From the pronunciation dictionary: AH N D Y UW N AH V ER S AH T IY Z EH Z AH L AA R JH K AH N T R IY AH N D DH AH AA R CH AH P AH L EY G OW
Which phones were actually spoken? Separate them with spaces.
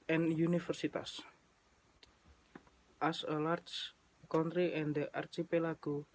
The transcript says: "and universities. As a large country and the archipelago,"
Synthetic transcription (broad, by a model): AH N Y UW N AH F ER S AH T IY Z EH S AH L AA R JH K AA N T R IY AH N D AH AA R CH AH P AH L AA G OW